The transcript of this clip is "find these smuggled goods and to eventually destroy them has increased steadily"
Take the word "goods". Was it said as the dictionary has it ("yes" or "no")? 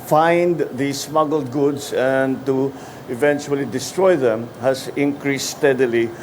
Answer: no